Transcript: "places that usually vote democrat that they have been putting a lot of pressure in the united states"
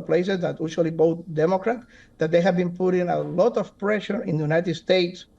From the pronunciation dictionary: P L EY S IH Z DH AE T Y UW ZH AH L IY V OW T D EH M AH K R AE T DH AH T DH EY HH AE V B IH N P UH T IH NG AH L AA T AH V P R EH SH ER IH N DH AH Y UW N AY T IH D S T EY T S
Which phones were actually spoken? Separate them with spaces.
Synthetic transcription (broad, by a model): P L EY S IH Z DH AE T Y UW SH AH L IY B OW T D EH M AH K R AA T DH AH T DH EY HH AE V B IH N P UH T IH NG AH L AA T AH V P R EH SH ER IH N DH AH Y UW N AY T IH D S T EY T S